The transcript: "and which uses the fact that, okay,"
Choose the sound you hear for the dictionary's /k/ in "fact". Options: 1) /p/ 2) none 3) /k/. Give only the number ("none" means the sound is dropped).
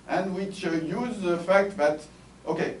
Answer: 3